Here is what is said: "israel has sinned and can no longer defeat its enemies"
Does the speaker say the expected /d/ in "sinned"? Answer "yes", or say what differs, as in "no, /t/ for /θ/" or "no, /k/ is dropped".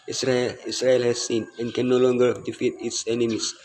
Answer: no, /d/ is dropped